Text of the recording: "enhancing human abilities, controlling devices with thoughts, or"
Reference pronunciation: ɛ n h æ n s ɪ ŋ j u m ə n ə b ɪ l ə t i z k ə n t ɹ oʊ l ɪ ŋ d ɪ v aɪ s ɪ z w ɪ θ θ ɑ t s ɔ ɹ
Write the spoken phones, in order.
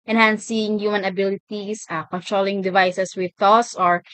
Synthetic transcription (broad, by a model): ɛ n h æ n s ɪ ŋ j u m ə n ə b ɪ l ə t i s k ə n t ɹ oʊ l ɪ ŋ d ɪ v aɪ s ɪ s w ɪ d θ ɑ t s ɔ ɹ